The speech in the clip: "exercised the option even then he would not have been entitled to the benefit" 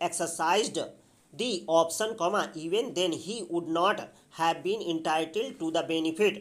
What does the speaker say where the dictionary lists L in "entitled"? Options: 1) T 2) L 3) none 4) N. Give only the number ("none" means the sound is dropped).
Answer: 2